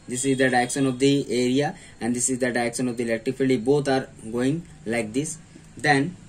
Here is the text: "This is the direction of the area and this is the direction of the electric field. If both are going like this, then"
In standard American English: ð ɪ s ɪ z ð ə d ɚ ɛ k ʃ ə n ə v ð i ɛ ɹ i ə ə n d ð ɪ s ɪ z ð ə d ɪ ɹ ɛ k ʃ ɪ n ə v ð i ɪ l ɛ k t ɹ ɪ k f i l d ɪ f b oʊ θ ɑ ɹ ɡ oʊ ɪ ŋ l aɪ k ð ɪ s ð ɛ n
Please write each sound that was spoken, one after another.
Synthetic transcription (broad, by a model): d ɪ s ɪ z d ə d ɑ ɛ k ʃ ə n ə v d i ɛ ɹ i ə ə n d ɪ s ɪ z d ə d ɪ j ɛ k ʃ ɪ n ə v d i l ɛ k t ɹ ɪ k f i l ɪ b oʊ t ɑ ɹ ɡ oʊ ɪ ŋ l aɪ k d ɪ s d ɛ n